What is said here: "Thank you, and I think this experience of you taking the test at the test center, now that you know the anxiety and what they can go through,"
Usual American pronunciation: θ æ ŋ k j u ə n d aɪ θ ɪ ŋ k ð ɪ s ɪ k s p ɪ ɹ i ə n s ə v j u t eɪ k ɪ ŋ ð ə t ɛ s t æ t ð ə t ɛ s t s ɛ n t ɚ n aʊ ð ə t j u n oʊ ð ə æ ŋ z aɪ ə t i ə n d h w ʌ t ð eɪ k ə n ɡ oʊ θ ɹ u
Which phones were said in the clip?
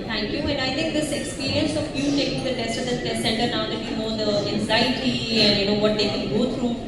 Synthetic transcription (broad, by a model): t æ ŋ k j u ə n aɪ t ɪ ŋ k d ɪ s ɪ k s p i ɹ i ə n s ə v j u t eɪ k ɪ ŋ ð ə t ɛ s t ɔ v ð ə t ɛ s s ɛ n t ɚ n aʊ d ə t j u n oʊ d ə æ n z aɪ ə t i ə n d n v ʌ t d eɪ k ə n ɡ oʊ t ɹ u